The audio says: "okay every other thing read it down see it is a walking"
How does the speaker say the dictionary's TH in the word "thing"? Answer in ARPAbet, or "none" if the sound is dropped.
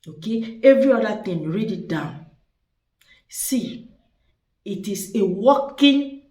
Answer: T